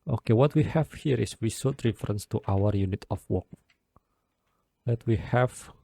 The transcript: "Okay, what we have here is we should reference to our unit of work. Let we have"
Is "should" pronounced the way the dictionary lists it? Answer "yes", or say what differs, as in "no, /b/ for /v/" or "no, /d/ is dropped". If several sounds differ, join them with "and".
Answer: no, /s/ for /ʃ/